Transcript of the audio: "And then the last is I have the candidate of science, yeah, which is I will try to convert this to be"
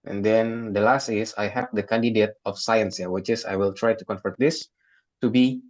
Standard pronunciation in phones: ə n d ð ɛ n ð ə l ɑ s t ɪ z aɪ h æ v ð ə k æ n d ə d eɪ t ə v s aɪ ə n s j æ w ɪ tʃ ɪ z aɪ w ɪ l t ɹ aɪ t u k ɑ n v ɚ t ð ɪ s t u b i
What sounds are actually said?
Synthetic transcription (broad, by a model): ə n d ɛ n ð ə l ɑ s t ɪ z aɪ h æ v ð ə k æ n d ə d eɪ t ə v s aɪ ə n s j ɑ w ɪ tʃ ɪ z aɪ w ɪ l t ɹ aɪ t u k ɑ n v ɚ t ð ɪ s t u b i